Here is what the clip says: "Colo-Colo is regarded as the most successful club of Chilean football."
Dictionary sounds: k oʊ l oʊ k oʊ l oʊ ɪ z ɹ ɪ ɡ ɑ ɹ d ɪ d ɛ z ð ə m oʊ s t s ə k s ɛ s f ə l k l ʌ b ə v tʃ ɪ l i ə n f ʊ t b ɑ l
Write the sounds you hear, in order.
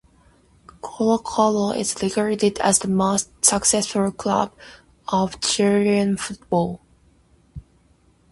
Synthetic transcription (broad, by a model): k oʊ l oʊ k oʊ l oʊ ɪ z l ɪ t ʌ ɹ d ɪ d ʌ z ð ə m oʊ s t s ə k s ɛ s f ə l k l ʌ b ə v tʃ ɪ i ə n f ʊ t b ɑ l